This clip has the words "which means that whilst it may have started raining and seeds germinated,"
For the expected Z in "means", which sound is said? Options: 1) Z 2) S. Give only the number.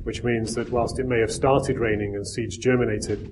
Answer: 1